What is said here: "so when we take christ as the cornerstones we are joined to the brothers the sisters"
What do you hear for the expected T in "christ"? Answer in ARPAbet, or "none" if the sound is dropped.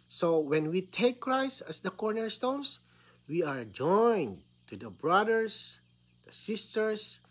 none